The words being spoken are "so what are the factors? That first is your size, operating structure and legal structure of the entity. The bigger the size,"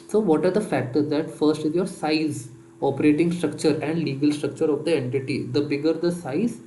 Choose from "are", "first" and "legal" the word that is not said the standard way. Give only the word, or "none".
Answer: none